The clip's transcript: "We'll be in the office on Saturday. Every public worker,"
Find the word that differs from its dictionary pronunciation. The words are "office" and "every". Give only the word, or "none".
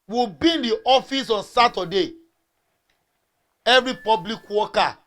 none